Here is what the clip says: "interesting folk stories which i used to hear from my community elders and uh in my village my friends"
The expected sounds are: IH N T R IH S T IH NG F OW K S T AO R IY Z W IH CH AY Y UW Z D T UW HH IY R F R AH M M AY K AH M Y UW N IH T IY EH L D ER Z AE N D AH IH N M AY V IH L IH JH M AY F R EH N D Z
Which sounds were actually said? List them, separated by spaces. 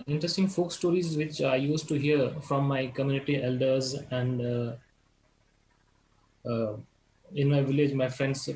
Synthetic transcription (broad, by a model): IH N T R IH S T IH NG F OW K S T AO R IY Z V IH CH AY Y UW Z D T UW HH IY R F R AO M M AY K AH M Y UW N IH T IY EH L D ER Z AE N D IH N M AY V IH L IH JH M AY F R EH N D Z